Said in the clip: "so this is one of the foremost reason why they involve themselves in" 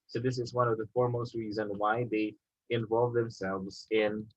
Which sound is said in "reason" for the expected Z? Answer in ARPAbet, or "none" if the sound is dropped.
Z